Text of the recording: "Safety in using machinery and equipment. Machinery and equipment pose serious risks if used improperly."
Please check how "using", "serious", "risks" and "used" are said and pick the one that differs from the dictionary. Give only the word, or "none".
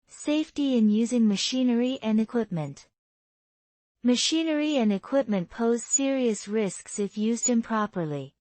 none